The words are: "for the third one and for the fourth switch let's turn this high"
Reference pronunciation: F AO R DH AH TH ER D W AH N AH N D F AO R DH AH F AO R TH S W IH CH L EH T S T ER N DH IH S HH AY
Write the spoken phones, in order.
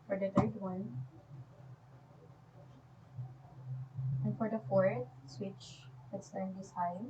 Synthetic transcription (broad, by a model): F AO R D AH T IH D W AH N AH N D F AO R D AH F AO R S W IH CH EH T S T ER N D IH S HH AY